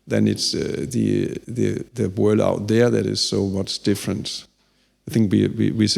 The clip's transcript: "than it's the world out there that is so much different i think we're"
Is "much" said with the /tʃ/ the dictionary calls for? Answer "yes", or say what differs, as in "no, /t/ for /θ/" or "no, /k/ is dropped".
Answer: no, /s/ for /tʃ/